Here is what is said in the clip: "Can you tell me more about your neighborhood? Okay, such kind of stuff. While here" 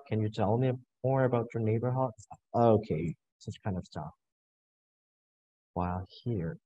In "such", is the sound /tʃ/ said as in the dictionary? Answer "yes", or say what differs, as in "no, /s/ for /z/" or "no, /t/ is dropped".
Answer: no, /s/ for /tʃ/